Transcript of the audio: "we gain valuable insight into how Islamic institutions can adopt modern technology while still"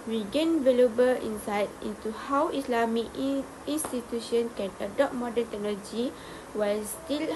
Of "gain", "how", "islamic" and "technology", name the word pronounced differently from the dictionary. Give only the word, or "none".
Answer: islamic